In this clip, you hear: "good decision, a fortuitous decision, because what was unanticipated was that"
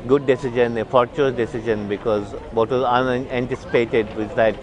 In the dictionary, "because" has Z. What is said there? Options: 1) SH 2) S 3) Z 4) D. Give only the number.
3